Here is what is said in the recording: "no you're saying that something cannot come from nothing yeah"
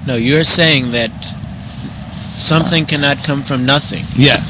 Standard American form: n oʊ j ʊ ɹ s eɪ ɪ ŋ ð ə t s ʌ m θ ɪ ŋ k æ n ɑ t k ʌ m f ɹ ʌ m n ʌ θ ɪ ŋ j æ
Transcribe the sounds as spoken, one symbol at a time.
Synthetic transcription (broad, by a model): n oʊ j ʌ ɹ s eɪ ɪ ŋ ð ə t s ʌ m θ ɪ ŋ k æ n ɑ t k ʌ m f ɹ ʌ m n ʌ θ ɪ ŋ j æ